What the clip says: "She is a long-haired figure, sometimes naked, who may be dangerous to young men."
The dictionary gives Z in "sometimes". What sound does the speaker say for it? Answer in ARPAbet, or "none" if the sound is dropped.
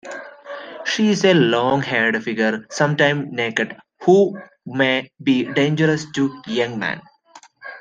none